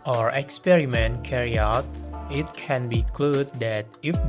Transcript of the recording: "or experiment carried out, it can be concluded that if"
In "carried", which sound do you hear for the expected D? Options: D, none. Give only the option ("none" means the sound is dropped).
none